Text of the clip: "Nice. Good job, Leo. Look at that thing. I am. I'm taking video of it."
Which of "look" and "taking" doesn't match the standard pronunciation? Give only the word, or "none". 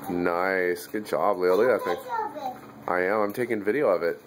look